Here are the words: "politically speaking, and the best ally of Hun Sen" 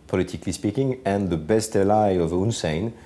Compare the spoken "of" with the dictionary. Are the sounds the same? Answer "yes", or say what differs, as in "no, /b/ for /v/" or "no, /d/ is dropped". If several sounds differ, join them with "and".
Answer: yes